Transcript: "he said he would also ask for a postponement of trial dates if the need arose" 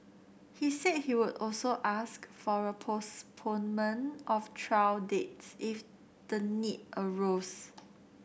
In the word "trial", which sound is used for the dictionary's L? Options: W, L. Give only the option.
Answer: W